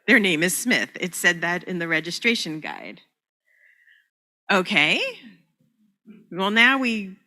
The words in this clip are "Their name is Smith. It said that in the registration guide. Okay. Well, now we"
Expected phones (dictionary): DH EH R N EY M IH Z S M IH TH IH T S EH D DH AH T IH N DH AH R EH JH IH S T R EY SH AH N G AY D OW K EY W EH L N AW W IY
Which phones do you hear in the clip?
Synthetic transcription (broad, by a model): DH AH R N EY M IH Z S M IH TH IH T S EH D DH AH T IH N DH AH R EH JH IH S T R EY SH AH N G AY D OW K EY W EH L N AW W IY